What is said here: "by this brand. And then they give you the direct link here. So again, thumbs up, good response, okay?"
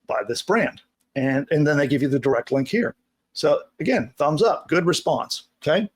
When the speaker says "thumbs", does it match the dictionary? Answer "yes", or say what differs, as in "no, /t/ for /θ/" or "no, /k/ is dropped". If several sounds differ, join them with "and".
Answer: yes